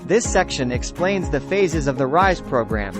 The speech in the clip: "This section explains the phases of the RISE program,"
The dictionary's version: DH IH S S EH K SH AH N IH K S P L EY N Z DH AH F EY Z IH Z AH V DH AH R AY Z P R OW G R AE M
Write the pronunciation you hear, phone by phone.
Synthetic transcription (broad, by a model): DH IH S S EH K SH AH N IH K S P L EY N Z DH AH F EY Z IH Z AH V DH AH R AY Z P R OW G R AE M